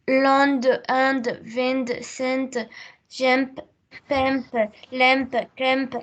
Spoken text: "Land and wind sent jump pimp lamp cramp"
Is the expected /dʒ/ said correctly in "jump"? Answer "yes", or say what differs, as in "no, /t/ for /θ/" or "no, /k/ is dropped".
no, /ʒ/ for /dʒ/